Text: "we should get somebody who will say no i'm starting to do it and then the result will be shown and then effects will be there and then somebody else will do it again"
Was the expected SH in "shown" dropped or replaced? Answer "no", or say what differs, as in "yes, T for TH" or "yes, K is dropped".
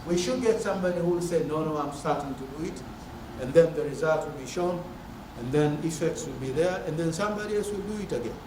no